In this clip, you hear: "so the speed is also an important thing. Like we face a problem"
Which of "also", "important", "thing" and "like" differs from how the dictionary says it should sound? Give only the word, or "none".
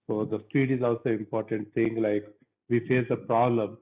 thing